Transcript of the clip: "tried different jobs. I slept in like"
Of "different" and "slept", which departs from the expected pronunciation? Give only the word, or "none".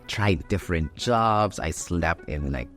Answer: slept